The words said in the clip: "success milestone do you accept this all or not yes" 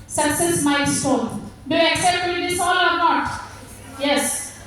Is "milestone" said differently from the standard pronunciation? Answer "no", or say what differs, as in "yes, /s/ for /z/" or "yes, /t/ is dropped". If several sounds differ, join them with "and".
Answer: yes, /l/ is dropped